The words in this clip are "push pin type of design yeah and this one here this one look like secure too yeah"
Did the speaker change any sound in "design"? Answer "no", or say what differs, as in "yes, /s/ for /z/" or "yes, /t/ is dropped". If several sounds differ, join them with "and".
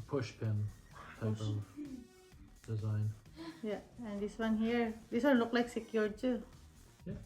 no